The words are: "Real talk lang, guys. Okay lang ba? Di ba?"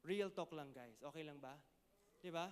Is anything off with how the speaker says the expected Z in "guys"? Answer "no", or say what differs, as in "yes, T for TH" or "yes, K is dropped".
yes, S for Z